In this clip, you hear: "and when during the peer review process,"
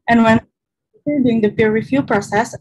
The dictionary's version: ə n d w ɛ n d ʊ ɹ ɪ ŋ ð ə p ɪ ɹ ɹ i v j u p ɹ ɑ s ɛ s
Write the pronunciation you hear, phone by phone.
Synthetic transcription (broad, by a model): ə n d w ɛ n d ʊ ɪ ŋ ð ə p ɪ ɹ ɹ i f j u p ɹ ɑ s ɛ s